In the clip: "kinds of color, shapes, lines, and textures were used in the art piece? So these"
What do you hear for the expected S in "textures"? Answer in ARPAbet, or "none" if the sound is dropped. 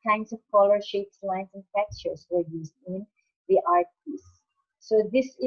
none